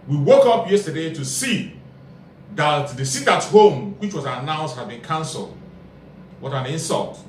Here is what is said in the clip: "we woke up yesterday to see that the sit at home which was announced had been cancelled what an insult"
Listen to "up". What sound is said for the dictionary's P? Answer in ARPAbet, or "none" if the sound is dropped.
P